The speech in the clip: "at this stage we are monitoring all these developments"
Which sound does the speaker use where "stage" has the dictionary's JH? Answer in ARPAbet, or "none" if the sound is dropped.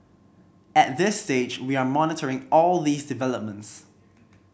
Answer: JH